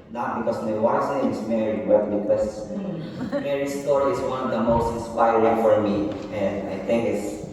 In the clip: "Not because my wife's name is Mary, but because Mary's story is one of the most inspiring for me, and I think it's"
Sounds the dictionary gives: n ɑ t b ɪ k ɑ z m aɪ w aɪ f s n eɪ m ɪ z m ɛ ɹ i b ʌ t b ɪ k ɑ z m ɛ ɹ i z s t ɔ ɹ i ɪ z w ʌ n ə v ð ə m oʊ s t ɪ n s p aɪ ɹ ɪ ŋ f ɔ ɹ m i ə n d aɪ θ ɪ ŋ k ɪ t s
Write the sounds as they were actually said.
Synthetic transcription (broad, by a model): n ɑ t b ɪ k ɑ s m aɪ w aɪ s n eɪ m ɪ s m ɛ ɹ i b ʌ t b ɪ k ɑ s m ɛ ɹ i s t ɔ ɹ i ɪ s w ʌ n ə v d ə m oʊ s t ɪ n s p aɪ ɹ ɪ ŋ f ɔ ɹ m i ə n d aɪ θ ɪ ŋ k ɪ t s